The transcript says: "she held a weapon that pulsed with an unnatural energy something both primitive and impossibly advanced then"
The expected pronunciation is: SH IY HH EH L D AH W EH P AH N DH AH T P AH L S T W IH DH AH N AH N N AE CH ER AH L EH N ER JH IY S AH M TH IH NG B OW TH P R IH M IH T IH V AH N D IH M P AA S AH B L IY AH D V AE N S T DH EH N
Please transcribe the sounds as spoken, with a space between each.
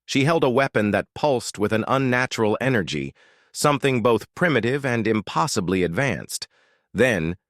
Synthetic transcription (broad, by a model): SH IY HH EH L D AH W EH P AH N DH AH T P AH L S T W IH DH AH N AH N N AE CH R L EH N ER JH IY S AH M TH IH NG B OW TH P R IH M IH T IH V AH N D IH M P AA S AH B L IY AH D V AE N S T DH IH N